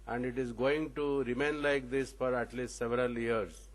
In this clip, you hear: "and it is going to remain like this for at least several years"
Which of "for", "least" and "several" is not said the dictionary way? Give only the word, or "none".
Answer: none